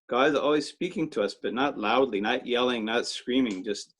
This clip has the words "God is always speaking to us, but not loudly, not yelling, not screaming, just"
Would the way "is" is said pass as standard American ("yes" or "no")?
yes